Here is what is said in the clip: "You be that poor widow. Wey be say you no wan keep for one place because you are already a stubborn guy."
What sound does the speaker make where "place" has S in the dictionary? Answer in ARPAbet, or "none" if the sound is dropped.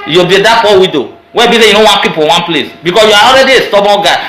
S